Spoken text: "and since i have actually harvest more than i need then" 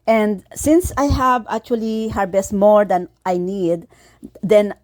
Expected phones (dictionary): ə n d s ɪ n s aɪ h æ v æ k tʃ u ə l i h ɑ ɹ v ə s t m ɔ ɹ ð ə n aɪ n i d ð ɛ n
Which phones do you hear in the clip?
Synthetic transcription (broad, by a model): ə n d s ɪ n s aɪ h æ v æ k tʃ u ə l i h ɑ ɹ b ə s t m ɔ ɹ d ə n aɪ n i d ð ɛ n